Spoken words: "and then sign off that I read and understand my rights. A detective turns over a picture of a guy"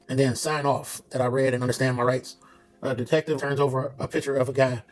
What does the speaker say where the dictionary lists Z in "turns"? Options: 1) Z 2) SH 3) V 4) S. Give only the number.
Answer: 1